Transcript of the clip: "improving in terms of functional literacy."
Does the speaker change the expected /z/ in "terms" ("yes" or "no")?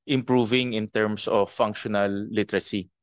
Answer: yes